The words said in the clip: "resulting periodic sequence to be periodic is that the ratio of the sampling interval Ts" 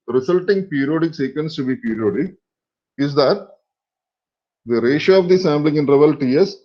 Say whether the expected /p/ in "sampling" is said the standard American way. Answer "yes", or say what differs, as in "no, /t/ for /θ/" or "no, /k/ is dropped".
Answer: no, /b/ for /p/